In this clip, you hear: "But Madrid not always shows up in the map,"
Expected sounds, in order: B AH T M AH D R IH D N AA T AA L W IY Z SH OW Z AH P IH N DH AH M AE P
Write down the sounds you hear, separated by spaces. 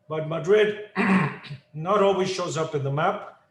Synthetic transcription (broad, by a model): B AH T M AH D R IH D N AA T AA L W IY Z SH OW Z AH P IH N DH AH M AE P